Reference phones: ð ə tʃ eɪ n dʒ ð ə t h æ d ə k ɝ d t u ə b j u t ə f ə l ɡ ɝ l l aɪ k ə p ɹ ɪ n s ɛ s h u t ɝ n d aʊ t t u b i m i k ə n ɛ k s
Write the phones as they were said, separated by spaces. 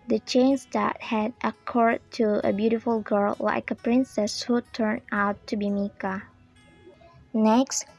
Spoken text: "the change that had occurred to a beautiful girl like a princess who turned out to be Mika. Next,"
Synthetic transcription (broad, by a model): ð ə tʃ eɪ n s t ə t h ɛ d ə k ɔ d t u ə b j u t ə f ə l ɡ ɝ l l aɪ k ə p ɹ ɪ n s ɛ s h u t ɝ n aʊ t t u b i m i k ə n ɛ k s